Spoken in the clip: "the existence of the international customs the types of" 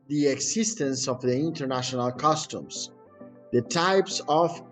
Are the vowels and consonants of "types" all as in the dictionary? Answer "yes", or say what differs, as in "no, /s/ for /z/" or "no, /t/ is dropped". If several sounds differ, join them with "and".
yes